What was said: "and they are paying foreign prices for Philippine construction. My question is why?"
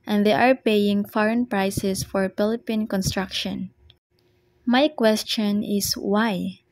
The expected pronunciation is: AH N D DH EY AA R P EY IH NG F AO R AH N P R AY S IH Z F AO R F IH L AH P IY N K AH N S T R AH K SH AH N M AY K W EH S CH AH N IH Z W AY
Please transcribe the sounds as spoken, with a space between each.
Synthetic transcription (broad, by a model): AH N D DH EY AA R P EY IH NG F AO R AH N P R AY S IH S F AO R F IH L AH P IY N K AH N S T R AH K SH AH N M AY K W EH S CH AH N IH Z W AY